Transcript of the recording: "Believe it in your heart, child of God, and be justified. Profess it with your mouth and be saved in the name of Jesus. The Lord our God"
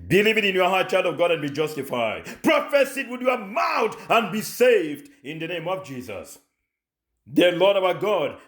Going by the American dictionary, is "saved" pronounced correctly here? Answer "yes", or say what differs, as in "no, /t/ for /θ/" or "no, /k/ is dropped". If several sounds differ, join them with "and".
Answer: yes